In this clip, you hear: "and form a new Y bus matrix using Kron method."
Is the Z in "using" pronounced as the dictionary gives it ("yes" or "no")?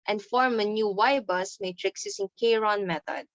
no